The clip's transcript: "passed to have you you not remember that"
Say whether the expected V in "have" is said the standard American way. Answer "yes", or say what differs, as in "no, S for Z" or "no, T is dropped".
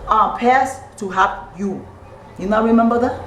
no, P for V